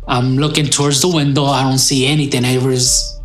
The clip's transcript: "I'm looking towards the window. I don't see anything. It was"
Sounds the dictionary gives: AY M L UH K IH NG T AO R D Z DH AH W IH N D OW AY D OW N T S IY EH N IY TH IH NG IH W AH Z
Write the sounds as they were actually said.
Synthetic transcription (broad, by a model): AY M L UH K IH NG T AO R D Z DH AH W IH N D OW AY D OW N T S IY EH N IY TH IH NG IH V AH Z